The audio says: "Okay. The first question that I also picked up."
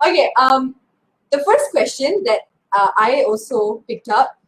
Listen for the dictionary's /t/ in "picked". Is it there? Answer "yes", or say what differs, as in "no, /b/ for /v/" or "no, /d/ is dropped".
yes